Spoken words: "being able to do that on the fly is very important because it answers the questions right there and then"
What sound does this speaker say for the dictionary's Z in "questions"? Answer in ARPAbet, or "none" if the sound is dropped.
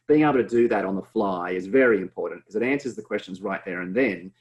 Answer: Z